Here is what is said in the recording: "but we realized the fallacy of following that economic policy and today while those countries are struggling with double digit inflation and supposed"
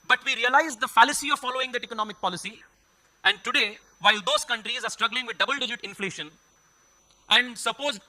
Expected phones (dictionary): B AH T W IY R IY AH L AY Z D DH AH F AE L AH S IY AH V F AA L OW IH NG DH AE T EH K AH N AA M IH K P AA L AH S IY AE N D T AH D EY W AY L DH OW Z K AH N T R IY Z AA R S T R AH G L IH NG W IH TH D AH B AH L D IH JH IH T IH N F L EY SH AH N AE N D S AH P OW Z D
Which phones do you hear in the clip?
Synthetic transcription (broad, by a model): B AH T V IY R IY AH L AY Z D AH F AE L AH S IY AH V F AA L OW IH NG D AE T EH K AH N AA M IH K P AA L AH S IY AE N D T AH D EY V AY L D OW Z K AH N T R IY Z AA R S T R AH G L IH NG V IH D D AH B AH L D IH JH IH T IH N F L EY SH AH N AE N D S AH P OW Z